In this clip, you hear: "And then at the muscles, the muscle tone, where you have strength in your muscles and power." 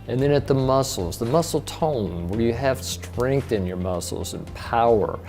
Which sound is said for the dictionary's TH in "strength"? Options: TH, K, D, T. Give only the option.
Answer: TH